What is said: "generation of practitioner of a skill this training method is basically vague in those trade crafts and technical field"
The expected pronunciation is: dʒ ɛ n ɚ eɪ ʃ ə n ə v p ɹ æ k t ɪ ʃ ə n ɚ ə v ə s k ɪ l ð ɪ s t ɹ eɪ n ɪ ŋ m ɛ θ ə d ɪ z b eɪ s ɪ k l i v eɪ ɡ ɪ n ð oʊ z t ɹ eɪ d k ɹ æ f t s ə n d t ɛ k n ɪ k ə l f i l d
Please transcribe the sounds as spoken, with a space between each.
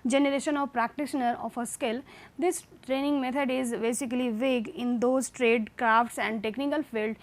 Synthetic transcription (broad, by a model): dʒ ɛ n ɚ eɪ ʃ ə n ə v p ɹ æ k t ɪ ʃ ə n ɚ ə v ə s k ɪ l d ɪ s t ɹ eɪ n ɪ ŋ m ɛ t ə d ɪ z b eɪ s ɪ k l i v eɪ ɡ ɪ n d oʊ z t ɹ eɪ d k ɹ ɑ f t s ə n d t ɛ k n ɪ k ə l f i l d